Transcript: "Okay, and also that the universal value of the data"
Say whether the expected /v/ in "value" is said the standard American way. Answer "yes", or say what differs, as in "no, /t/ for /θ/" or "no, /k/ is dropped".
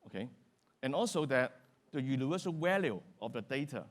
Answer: no, /w/ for /v/